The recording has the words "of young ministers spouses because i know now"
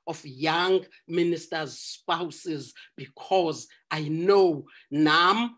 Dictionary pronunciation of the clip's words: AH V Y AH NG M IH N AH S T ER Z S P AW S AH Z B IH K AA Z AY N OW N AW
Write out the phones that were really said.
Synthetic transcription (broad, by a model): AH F Y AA NG M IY N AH S T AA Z S P AW S AH Z B IH K AA Z AY N OW N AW